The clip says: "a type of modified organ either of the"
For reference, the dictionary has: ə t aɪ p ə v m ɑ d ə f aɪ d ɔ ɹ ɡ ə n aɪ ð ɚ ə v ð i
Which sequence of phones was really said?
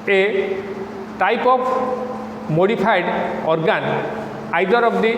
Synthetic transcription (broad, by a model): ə t aɪ p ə p m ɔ d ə p aɪ d ɔ ɹ ɡ ə n aɪ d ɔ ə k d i